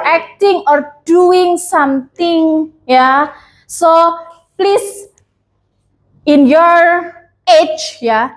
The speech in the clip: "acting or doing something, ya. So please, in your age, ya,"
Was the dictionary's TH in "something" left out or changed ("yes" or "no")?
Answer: yes